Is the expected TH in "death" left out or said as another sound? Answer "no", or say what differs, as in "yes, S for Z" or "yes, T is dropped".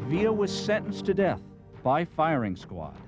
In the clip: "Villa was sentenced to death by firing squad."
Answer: no